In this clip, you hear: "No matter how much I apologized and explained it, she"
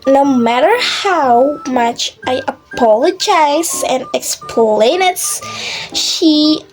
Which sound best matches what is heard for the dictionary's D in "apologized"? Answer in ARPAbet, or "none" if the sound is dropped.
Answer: none